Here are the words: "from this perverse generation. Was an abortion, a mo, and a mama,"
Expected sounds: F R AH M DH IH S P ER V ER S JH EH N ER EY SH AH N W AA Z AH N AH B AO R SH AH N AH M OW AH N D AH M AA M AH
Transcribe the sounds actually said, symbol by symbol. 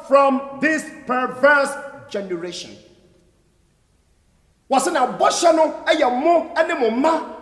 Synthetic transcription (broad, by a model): F R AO M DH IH S P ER V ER S JH EH N ER EY SH AH N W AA S AH N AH B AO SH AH N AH M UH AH N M AH M M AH